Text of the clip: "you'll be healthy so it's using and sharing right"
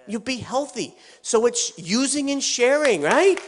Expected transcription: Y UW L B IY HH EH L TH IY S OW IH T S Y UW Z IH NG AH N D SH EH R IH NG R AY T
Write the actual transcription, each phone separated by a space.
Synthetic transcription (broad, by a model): Y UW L B IY HH EH L TH IY S OW IH T S Y UW Z IH NG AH N SH EH R IH NG R AY T